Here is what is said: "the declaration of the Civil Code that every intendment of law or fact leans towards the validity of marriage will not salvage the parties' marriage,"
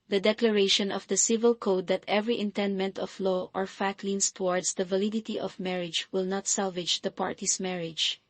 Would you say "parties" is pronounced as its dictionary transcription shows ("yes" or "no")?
no